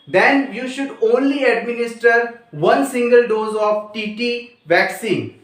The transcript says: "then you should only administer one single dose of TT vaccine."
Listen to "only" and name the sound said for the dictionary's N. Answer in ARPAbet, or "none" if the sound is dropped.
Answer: N